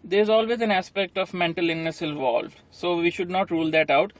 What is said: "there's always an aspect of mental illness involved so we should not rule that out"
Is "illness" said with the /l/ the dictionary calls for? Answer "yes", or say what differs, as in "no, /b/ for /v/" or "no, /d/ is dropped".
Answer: no, /l/ is dropped